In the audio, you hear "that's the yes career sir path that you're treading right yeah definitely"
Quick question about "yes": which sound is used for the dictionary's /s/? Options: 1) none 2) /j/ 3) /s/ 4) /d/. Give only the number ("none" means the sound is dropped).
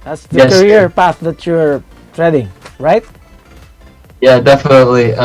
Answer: 1